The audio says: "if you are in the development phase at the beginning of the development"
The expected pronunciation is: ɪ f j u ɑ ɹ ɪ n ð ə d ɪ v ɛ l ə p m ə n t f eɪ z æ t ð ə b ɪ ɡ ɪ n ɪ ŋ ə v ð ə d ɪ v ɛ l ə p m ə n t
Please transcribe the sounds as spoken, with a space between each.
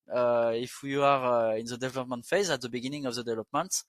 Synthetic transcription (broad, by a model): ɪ f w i ɑ ɹ ɪ n ð ə d ɪ v ɛ l ə p m ə n t f eɪ z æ t ð ə b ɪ ɡ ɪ n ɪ ŋ ə v ð ə d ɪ v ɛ l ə p m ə n t